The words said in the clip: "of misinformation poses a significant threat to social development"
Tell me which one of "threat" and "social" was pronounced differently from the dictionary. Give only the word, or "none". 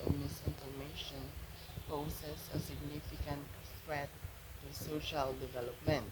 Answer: threat